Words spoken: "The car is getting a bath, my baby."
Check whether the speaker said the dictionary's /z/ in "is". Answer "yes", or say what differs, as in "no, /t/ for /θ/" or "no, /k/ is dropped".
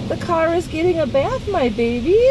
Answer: yes